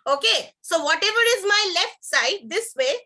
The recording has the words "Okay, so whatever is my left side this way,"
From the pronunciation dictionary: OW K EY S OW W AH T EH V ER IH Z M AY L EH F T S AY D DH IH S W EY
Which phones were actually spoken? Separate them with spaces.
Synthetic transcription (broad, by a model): OW K EY S OW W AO T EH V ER IH Z M AY L EH F T S AY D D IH S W EY